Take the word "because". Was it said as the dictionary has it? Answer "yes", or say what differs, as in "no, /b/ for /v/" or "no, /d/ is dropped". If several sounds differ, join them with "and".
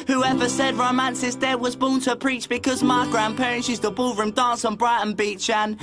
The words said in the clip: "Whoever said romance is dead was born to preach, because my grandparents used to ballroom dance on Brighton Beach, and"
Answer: yes